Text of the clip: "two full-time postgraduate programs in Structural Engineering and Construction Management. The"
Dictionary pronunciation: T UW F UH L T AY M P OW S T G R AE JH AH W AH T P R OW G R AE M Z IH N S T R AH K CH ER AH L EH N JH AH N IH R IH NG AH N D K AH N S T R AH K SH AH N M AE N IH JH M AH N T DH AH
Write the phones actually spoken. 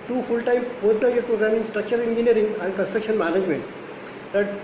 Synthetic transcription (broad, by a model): T UW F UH L T AY M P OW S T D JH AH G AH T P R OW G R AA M IH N S T R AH K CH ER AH N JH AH N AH R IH NG AH N D K AH N S T R AH K SH AH N M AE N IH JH M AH N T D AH